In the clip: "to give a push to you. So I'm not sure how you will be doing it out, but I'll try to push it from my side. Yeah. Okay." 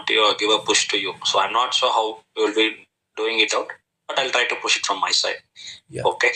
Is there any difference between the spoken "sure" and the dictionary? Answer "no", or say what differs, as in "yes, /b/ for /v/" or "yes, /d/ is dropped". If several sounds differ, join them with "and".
yes, /s/ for /ʃ/